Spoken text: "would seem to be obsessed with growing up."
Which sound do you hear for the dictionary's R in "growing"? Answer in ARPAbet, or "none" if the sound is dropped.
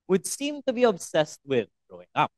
none